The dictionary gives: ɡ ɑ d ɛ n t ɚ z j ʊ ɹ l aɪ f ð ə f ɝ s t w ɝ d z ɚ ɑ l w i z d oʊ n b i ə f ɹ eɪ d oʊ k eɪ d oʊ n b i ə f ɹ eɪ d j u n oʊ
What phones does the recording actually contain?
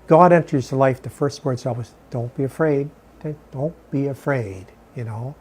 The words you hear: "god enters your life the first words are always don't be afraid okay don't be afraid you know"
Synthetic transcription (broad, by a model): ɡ ɑ d ɛ n t ɚ z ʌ l aɪ f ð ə f ɝ s t w ɝ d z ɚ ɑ w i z d oʊ n b i ə f ɹ eɪ d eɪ d oʊ n b i ə f ɹ eɪ d j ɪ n oʊ